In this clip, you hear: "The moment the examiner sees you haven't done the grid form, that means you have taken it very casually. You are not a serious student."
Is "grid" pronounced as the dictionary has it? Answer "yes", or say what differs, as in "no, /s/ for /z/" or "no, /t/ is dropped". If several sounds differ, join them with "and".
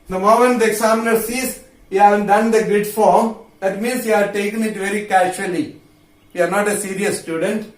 no, /ɹ/ is dropped